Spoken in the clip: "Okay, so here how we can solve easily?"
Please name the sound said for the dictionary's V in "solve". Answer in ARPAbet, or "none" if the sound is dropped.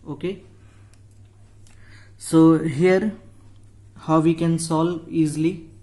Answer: none